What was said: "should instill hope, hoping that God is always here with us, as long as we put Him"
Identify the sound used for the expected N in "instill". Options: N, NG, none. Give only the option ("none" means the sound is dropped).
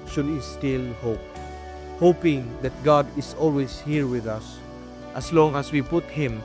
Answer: none